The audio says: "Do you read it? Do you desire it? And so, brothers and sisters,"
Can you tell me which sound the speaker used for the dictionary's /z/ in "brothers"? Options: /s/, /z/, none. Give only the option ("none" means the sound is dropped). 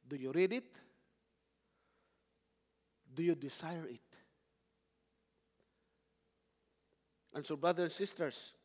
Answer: none